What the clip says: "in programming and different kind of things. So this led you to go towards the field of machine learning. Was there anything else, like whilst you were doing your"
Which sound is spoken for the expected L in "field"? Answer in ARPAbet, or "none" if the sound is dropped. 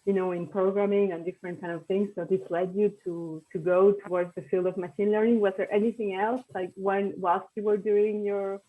L